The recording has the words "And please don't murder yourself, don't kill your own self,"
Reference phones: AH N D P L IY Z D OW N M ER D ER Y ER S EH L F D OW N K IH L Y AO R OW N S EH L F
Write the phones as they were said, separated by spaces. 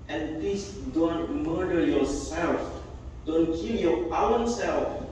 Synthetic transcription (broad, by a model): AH N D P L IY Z D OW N M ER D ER Y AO S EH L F D OW N K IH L Y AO W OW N S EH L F